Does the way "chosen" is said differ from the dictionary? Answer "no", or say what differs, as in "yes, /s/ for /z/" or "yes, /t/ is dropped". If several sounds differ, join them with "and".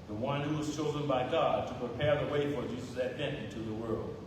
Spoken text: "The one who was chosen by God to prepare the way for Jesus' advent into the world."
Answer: no